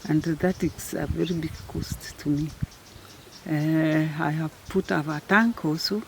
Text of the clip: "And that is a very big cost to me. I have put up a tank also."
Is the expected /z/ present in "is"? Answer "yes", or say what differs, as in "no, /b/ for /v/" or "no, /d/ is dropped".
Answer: no, /s/ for /z/